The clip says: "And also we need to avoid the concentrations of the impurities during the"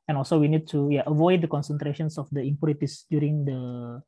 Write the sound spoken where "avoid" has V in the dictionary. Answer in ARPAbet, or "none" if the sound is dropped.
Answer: V